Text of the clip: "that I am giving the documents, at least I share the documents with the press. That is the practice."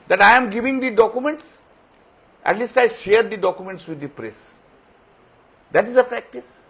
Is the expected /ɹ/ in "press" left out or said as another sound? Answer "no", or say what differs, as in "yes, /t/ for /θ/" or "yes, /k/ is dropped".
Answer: no